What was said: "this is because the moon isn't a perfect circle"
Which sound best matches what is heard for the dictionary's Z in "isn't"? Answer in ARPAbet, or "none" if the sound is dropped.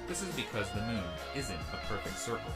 Z